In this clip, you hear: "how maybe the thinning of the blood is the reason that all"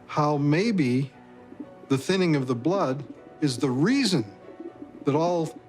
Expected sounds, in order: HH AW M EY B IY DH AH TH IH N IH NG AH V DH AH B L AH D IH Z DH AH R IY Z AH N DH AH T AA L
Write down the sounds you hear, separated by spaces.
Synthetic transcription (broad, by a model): HH AW M EY B IY DH AH TH IH N IH NG AH V DH AH B L AH D IH Z DH AH R IY Z AH N DH AH T AA L